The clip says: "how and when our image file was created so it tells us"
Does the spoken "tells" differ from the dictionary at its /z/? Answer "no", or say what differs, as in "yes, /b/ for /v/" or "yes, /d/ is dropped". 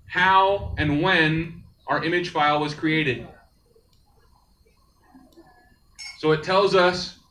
no